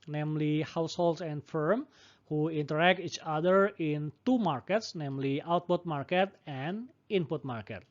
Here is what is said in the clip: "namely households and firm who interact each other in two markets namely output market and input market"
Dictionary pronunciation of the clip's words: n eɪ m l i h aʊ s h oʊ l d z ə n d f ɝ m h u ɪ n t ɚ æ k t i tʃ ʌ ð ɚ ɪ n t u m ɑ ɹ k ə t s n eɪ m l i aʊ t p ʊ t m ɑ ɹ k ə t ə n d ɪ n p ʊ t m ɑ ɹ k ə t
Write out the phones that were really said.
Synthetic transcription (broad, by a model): n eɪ m l i h aʊ s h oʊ l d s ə n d f ɝ m h u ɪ n t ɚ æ k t i tʃ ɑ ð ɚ ɪ n t u m ɑ ɹ k ə t s n eɪ m l i aʊ t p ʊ t m ɑ ɹ k ə t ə n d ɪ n p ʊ t m ɑ ɹ k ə t